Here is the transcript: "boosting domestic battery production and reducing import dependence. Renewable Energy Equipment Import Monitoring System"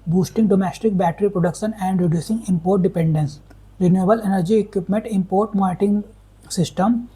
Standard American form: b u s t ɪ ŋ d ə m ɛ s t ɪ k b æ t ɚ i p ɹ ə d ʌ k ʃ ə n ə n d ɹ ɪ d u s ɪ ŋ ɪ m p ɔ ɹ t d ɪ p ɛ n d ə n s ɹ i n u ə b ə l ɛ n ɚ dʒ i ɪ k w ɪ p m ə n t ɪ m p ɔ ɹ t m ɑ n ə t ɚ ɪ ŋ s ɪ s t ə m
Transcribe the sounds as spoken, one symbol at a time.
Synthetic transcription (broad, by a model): b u s t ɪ ŋ d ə m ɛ s t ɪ k b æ t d i p ɹ ə d ʌ k ʃ ə n ə n d ɹ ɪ d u s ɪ ŋ ɪ m p ɔ ɹ t d ɪ p ɛ n d ə n s ɹ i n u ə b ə l ɛ n ɚ dʒ i ɪ k w ɪ p m ə n t ɪ m p ɔ ɹ t m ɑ t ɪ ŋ s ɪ s t ə m